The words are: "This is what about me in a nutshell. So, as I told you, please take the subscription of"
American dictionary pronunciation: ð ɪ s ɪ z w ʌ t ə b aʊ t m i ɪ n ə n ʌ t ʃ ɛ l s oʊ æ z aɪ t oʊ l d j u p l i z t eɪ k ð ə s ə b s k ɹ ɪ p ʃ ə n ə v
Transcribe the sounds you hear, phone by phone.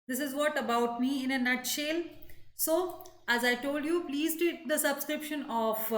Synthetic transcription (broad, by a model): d ɪ s ɪ z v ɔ t ə b aʊ t m i ɪ n ə n ʌ t ʃ ɛ l s oʊ æ z aɪ t oʊ l d j u p l i z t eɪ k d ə s ə b s k ɹ ɪ p ʃ ə n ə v